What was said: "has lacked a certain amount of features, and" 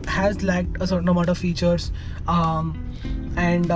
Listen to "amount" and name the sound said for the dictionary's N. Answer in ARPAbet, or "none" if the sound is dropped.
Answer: none